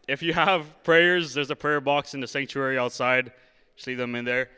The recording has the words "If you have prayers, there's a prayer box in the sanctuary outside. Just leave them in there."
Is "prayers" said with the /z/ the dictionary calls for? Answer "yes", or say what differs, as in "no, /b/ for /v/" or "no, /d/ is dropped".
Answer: yes